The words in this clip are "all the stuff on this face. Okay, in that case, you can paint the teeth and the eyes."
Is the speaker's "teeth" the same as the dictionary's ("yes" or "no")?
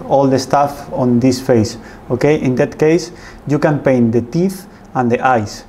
yes